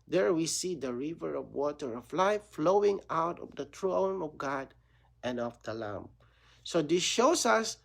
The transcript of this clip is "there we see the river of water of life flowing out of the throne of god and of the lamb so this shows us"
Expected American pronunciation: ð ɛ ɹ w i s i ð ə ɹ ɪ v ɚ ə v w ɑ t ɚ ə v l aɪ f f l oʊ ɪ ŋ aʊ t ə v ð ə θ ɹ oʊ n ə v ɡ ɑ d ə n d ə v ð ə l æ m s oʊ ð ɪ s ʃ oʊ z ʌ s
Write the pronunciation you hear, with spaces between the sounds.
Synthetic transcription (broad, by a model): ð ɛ ɹ w i s i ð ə ɹ ɪ v ɚ ə v w ɑ t ɚ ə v l aɪ f f l oʊ ɪ ŋ aʊ t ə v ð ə t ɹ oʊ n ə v ɡ ɑ d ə n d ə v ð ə l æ m s oʊ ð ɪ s ʃ oʊ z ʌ s